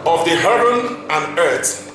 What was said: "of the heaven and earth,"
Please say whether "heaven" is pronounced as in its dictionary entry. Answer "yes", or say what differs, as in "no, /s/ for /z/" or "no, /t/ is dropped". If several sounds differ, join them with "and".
no, /b/ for /v/